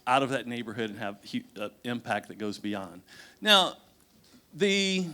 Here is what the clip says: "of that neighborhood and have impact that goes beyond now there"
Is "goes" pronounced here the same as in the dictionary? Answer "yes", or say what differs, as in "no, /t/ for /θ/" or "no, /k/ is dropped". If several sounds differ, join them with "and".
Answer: yes